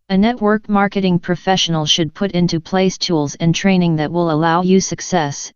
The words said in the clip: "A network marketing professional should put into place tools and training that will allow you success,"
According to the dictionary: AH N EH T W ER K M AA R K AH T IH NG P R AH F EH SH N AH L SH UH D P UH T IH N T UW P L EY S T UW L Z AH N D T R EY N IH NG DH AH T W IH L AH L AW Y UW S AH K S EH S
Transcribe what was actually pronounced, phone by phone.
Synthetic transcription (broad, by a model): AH N EH T W ER K M AA R K AH T IH NG P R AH F EH SH N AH L SH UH D P UH T IH N T UW P L EY S T UW L Z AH N T R EY N IH NG DH AH T W IH L AH L AW Y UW S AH K S EH S